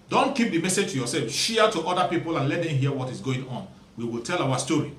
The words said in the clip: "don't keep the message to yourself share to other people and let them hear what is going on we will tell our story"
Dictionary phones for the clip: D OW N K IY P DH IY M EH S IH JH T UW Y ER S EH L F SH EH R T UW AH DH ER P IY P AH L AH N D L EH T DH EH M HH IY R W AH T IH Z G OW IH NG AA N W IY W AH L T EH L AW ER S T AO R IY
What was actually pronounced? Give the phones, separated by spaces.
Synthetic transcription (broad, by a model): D OW N K IY P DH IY M EH S IH JH T UW Y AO S EH L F SH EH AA T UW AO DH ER P IY P AH L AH N L EH T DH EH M HH IY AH W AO T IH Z G OW IH NG AA N W IY W AH L T EH L AW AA S T AO R IY